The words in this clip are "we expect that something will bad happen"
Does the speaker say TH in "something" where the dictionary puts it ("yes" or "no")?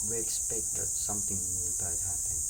no